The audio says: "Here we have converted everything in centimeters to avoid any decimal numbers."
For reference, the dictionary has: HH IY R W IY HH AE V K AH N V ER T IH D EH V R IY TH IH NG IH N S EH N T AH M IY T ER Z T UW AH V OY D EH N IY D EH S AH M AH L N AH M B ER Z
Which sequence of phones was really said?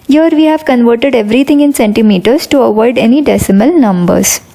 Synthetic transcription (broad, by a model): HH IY R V IY HH AE V K AH N V ER T IH D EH V R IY T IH NG IH N S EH N T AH M IY T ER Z T UW AH V OY D EH N IY D EH S AH M AH L N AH M B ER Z